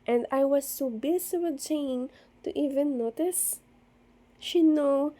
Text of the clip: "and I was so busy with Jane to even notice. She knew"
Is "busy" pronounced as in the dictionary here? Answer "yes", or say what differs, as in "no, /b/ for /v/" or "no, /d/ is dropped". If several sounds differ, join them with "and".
no, /s/ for /z/